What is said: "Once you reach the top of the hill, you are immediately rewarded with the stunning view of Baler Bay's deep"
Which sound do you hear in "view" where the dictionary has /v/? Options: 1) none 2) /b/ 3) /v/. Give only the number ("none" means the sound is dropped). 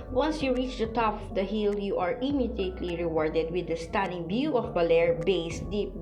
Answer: 2